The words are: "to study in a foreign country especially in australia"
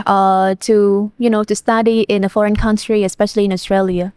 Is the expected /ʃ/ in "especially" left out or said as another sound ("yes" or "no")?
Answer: no